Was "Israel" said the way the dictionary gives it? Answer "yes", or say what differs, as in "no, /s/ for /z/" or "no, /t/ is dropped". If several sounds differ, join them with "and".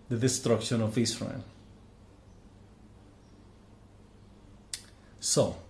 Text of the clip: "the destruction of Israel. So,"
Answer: no, /s/ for /z/ and /n/ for /l/